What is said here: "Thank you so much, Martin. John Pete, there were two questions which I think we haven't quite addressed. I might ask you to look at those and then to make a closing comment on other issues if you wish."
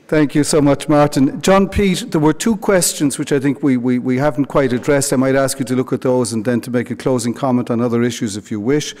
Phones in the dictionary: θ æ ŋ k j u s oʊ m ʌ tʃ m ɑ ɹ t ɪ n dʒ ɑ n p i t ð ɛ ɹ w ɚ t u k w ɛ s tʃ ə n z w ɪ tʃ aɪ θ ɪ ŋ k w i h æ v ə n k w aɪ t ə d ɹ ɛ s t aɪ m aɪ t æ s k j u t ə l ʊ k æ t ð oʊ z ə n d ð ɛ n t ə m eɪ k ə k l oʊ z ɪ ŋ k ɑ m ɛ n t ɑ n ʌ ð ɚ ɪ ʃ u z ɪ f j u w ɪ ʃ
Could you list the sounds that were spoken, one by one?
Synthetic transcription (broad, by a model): θ æ ŋ k j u s oʊ m ʌ tʃ m ɑ ɹ t ɪ n dʒ ɑ n p i t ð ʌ ɹ w ɚ t u k w ɛ s tʃ ə n z w ɪ tʃ aɪ θ ɪ ŋ k w i h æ v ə n k w aɪ t ə d ɹ ɛ s t aɪ m aɪ t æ s k j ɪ t ə l ʊ k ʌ t ð oʊ z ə n ð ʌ n t ə m eɪ k ə k l oʊ z ɪ ŋ k ɑ m ɛ n t n ʌ ð ɚ ɪ ʃ u z ɪ f j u w ɪ ʃ